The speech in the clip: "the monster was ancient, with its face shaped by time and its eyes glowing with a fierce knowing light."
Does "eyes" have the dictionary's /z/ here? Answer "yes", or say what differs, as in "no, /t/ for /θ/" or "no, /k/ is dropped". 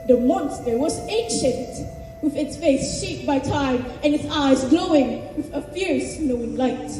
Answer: yes